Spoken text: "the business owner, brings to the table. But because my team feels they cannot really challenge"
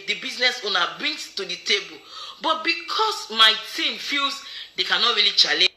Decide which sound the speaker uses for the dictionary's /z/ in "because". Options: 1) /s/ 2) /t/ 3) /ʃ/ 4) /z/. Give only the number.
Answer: 1